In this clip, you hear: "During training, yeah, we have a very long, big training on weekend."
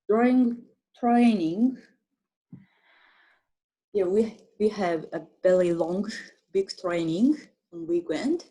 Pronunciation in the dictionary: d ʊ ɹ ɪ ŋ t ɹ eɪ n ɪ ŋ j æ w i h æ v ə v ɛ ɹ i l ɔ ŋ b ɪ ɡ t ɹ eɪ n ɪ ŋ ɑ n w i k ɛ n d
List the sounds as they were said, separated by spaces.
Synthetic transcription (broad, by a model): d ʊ ɹ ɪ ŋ t ɹ eɪ n ɪ ŋ j æ w i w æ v ə b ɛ l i l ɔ ŋ b ɪ ɡ t ɹ eɪ n ɪ ŋ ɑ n w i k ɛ n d